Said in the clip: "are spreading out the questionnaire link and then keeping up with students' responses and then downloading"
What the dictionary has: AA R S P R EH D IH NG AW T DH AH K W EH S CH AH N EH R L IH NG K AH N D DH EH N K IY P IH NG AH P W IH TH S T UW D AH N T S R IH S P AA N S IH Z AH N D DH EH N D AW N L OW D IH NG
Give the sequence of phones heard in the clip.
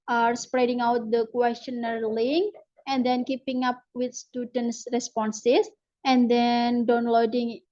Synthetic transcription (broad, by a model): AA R S P R EH D IH NG AW T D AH K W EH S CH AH N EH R L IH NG AH N D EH N K IY P IH NG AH P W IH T S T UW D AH N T S R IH S P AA N S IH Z AH N D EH N D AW N L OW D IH NG